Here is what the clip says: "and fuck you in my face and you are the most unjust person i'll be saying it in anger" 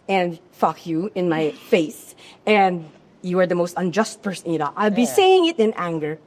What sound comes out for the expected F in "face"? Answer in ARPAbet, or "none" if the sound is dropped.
F